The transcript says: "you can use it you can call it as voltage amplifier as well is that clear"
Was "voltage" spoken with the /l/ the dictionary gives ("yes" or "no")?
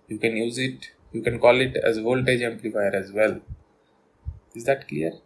yes